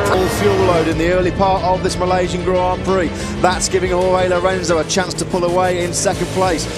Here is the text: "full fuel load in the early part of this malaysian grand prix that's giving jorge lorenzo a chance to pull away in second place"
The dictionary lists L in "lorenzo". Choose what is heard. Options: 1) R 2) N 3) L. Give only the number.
3